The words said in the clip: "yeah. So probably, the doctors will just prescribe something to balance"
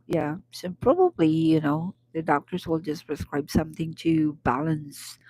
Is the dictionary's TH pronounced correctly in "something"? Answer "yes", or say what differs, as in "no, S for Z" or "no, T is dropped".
yes